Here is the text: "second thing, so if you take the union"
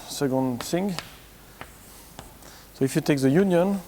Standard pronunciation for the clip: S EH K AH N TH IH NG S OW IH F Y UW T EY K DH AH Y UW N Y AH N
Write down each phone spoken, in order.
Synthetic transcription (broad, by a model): S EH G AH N S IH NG S OW IH F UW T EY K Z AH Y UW N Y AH N